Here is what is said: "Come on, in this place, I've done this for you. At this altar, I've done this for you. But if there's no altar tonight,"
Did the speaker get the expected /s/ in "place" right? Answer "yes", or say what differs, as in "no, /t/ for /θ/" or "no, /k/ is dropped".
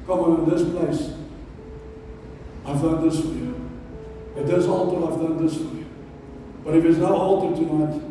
yes